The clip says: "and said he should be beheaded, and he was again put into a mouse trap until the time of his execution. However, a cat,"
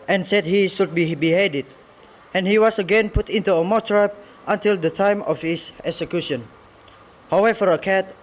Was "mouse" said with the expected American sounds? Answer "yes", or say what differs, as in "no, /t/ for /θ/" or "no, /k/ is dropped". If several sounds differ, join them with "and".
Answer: no, /s/ is dropped